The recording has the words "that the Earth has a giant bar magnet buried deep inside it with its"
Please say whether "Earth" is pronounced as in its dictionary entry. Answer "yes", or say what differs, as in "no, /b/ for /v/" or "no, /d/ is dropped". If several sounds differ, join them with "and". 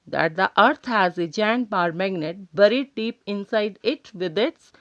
no, /t/ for /θ/